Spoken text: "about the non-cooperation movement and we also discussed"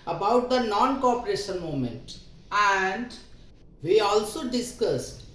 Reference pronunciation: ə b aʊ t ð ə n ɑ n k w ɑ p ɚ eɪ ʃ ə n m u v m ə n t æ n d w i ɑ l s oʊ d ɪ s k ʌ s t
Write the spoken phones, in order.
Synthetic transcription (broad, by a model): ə b aʊ t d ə n ɑ n k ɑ p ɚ eɪ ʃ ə n m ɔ m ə n t æ n d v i ɑ l s oʊ d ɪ s k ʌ s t